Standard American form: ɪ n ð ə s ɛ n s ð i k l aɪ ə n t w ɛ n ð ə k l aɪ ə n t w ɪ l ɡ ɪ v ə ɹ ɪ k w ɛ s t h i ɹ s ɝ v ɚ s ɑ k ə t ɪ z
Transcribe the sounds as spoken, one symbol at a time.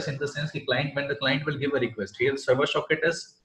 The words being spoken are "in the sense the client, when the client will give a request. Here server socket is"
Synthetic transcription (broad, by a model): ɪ n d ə s ɛ n s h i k l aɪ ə n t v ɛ n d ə k l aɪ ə n t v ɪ l ɡ ɪ v ə ɹ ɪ k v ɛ s t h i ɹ s ɝ v ɚ ʃ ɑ k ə t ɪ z